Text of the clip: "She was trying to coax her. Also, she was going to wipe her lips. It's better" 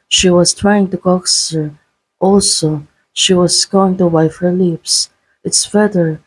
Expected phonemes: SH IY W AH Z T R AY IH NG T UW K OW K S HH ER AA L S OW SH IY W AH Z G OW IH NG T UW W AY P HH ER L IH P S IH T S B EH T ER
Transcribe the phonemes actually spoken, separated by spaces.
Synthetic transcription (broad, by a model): SH IY W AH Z T R AY IH NG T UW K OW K S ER AA L S OW SH IY W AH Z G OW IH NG T UW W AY F HH ER L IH P S IH T S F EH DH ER